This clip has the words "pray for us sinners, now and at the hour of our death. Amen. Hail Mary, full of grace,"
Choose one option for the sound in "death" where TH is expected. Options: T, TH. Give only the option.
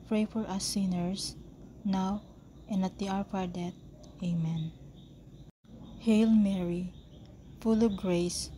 T